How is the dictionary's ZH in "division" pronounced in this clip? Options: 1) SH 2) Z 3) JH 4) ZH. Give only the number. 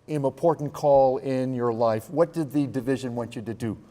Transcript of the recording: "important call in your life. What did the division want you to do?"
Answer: 4